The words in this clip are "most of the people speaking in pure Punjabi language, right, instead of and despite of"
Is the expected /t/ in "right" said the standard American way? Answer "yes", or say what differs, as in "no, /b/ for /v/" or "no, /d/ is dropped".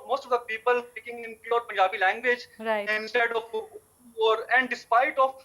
no, /t/ is dropped